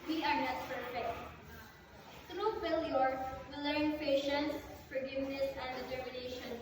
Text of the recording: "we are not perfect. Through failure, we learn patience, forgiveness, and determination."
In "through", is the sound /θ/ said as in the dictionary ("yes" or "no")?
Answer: no